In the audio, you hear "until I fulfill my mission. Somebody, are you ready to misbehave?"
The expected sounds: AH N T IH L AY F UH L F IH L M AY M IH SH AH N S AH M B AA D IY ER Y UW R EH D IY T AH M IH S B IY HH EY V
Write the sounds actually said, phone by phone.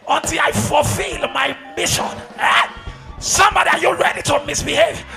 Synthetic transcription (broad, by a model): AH N T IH L AY F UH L F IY L M AY M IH SH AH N S AH M B AA D IY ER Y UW R EH D IY T AH M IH S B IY HH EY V